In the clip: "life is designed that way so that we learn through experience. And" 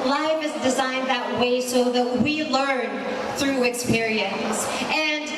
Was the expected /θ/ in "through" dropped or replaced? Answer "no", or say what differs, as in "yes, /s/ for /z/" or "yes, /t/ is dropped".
no